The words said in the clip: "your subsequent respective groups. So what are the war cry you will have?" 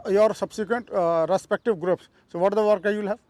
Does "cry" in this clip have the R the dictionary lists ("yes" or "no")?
no